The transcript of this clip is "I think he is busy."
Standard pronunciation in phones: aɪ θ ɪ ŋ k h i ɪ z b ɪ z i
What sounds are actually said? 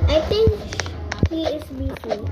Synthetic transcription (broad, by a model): aɪ t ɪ ŋ k h i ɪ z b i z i